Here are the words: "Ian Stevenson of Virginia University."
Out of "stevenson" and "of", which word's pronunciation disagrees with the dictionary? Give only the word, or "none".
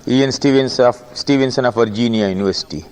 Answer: of